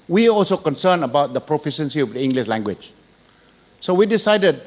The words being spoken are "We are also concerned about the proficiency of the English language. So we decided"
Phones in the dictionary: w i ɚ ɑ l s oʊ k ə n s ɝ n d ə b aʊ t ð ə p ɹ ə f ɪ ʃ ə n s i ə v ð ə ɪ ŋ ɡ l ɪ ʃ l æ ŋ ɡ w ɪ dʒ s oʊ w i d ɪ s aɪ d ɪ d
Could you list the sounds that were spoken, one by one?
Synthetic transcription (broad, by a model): w i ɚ ɑ l s oʊ k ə n s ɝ n ə b aʊ t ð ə p ɹ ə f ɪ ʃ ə n s i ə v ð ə ɪ ŋ ɡ l ɪ ʃ l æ ŋ ɡ w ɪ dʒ s oʊ w i d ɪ s aɪ d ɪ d